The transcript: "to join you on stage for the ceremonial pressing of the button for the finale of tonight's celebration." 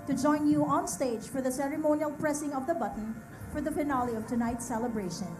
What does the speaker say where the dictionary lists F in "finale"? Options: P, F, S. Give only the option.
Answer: P